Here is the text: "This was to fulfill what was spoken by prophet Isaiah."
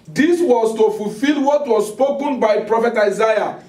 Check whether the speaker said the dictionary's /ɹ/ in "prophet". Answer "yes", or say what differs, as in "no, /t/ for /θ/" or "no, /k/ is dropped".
yes